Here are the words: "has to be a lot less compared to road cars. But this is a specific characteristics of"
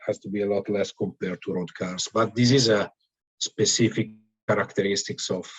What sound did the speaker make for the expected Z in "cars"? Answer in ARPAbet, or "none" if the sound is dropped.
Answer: S